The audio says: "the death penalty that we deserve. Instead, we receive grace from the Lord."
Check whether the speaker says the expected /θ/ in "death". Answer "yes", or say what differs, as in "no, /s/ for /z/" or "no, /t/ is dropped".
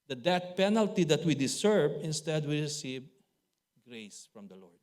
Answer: no, /t/ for /θ/